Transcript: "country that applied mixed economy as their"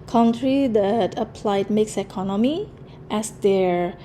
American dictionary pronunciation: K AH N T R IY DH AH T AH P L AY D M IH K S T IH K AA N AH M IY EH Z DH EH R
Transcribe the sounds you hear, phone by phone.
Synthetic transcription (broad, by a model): K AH N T R IY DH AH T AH P L AY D M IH K S IH K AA N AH M IY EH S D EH R